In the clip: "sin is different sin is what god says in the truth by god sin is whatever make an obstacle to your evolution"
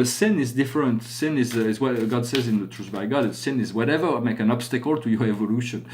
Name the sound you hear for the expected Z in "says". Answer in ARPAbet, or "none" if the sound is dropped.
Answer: Z